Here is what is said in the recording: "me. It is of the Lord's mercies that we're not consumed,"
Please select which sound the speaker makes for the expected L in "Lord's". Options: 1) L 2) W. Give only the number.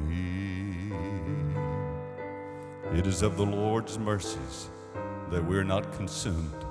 1